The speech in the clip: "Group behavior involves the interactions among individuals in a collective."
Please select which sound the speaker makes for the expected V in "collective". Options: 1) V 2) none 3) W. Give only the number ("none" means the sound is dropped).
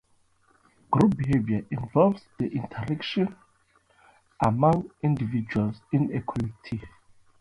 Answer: 2